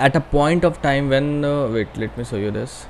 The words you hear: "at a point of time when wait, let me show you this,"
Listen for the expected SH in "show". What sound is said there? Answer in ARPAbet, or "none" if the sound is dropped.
S